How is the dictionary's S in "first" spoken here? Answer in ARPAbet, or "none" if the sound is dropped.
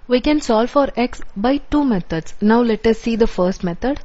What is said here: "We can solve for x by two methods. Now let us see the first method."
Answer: S